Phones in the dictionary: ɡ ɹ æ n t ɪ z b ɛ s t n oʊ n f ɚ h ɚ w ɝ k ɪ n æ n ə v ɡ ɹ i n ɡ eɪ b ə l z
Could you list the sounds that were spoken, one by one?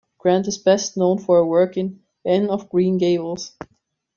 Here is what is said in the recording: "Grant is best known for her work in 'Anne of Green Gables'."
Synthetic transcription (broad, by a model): ɡ ɹ æ n t ɪ z b ɛ s t n oʊ n f ɚ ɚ w ɝ k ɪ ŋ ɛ n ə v ɡ ɹ i n ɡ eɪ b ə l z